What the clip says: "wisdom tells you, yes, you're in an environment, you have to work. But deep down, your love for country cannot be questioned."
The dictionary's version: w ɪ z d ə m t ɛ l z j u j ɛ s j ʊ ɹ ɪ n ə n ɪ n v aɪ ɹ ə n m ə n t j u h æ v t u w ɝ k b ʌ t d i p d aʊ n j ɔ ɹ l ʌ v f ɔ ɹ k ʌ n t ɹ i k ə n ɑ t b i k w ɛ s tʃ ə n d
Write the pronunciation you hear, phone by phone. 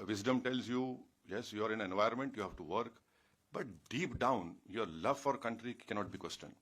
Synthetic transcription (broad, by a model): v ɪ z d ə m t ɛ l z j u j ɛ s j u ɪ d ə n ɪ n v aɪ ə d m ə n t j u h æ v t u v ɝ k b ʌ t d i p d aʊ n j ɔ ɹ l ʌ v f ɔ ɹ k ʌ n t ɹ i k ə n ɑ t b i k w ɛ s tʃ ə n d